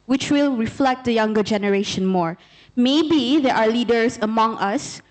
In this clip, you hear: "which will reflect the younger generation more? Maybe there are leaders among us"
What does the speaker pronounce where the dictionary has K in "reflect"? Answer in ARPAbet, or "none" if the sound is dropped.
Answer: K